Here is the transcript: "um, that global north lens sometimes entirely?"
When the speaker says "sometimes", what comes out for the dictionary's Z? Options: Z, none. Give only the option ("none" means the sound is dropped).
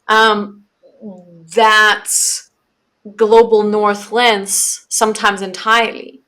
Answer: Z